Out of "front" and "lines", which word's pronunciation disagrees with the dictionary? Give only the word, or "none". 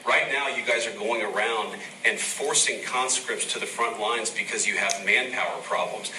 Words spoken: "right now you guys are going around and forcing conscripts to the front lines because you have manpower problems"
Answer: none